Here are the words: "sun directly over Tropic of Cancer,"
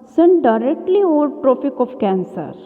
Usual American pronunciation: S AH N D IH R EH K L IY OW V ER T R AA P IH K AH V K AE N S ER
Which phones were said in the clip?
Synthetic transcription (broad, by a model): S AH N D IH R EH K L IY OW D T R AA F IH K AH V K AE N S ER